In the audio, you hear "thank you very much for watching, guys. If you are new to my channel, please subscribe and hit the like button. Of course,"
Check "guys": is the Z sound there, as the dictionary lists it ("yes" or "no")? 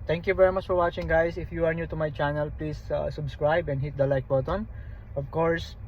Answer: no